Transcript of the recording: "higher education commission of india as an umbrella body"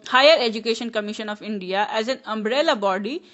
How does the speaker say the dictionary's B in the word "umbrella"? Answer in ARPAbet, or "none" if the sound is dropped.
B